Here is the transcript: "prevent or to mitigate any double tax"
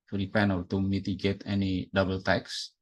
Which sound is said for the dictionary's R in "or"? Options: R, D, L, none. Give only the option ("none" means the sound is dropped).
L